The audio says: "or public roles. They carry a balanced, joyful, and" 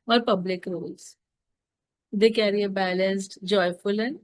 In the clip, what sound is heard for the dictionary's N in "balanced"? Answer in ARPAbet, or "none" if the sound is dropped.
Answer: N